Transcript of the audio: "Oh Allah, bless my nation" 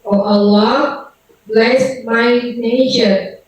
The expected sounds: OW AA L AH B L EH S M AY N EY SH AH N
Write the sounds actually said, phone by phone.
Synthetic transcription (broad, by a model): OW AA L AH B L EH S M AY N EY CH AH